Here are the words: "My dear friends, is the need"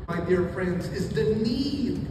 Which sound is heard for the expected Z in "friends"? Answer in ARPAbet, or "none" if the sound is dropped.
Z